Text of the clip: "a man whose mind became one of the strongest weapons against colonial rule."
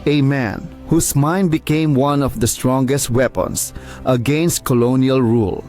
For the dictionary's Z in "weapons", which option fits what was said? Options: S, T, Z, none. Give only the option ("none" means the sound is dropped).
S